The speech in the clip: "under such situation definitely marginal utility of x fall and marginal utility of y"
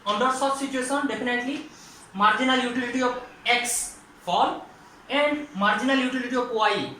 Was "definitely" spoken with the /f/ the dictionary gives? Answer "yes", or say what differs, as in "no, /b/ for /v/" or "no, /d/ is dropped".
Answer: no, /p/ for /f/